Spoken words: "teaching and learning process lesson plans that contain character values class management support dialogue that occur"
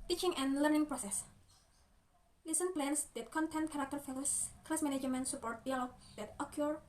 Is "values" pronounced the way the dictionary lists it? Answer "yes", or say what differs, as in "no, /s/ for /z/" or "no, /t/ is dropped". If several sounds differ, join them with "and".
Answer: no, /f/ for /v/ and /s/ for /z/